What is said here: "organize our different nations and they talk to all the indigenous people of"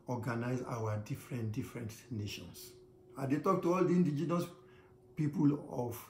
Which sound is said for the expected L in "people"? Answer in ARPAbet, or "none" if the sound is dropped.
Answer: L